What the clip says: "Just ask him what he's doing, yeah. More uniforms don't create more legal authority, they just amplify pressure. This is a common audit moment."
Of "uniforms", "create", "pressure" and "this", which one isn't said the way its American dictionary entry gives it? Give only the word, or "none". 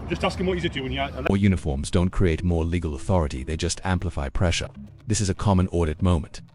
none